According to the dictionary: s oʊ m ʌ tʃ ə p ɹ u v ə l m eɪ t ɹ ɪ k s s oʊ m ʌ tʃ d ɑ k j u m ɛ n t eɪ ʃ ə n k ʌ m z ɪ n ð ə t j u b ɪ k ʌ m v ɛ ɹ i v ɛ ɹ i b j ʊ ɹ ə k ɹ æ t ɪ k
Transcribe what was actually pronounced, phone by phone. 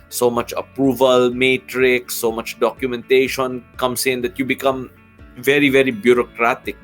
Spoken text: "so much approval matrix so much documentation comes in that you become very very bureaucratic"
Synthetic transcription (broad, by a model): s oʊ m ʌ tʃ ə p ɹ u v ə l m eɪ t ɹ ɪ k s s oʊ m ʌ tʃ d ɑ k j u m ɛ n t eɪ ʃ ə n k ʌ m s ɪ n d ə t j u b ɪ k ʌ m v ɛ ɹ i v ɛ ɹ i b j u ɹ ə k ɹ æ t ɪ k